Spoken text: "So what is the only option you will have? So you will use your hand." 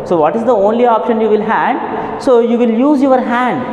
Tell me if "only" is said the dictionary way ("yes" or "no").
yes